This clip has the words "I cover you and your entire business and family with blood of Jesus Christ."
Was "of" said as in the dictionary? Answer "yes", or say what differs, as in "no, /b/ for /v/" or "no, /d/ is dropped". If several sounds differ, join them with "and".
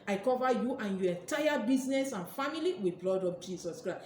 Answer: no, /p/ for /v/